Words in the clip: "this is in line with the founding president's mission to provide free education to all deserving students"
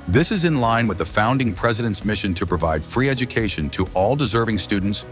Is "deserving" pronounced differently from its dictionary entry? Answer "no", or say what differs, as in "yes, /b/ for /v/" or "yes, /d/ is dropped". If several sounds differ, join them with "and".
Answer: no